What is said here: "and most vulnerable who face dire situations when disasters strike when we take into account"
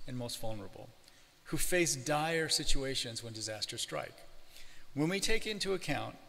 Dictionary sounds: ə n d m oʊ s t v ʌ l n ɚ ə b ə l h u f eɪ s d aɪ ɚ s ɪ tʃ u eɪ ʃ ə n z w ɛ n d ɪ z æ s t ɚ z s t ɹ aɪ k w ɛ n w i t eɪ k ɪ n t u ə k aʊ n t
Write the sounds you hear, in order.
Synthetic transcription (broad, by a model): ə n m oʊ s t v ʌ l n ɚ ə b l h u f eɪ s d aɪ ɚ s ɪ tʃ u eɪ ʃ ə n z w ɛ n d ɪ z æ s t ɚ s t ɹ aɪ k w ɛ n w i t eɪ k ɪ n t u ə k aʊ n t